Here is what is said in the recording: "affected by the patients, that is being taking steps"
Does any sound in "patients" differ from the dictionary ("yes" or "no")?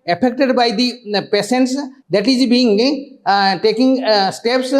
yes